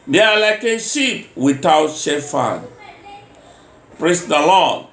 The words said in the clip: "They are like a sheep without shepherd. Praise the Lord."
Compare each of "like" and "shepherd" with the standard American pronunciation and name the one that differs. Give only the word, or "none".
shepherd